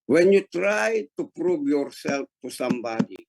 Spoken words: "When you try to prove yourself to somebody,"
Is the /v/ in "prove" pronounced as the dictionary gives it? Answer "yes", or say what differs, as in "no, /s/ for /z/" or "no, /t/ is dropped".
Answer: no, /b/ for /v/